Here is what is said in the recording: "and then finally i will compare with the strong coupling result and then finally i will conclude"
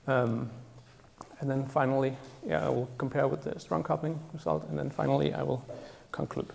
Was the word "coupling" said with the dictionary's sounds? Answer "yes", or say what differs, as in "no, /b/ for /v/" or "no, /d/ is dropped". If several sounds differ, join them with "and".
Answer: no, /l/ is dropped